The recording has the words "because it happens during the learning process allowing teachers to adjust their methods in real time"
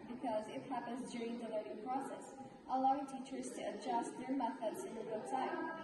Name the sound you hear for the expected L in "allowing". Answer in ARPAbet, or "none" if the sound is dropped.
L